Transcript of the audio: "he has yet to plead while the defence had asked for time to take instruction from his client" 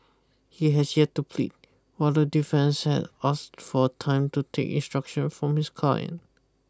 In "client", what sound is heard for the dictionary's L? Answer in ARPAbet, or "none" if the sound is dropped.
none